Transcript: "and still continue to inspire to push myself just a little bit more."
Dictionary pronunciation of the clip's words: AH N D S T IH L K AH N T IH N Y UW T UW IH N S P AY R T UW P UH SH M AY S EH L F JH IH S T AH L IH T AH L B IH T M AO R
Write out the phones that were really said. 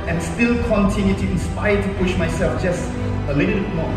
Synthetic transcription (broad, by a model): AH N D S T IH L K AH N T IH N Y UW T UW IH N S P AY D T UW P UH SH M AY S EH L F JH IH S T AH L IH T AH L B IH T M AO